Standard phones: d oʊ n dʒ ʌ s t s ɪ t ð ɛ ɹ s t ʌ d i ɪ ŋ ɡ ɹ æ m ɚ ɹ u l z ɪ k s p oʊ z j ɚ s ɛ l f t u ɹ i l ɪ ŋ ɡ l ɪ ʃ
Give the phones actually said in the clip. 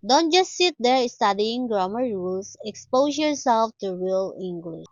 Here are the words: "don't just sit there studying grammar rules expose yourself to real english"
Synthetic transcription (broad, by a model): d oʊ n dʒ ʌ s t s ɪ t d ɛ ɹ s t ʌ d i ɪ ŋ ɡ ɹ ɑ m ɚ ɹ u l s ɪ k s p oʊ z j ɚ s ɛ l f t u ɹ i l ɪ ŋ ɡ l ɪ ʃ